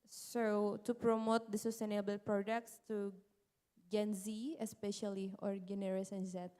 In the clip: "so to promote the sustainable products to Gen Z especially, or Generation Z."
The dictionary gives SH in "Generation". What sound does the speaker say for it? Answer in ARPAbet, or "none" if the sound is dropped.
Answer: S